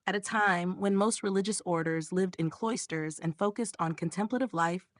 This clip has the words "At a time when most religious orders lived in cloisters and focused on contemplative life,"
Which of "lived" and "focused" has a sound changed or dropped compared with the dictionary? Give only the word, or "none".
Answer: none